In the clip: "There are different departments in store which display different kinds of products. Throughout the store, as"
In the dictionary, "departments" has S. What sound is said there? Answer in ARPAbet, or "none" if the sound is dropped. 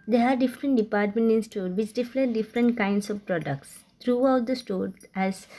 none